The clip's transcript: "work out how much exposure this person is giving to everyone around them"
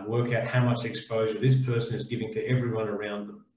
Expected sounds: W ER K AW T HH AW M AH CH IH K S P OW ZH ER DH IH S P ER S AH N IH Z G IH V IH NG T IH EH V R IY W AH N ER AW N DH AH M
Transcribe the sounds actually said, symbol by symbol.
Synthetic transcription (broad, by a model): W ER K AW T HH AW M AH CH IH K S P OW ZH ER DH IH S P ER S AH N IH Z G IH V IH NG T IH EH V R IY W AH N ER AW N DH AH M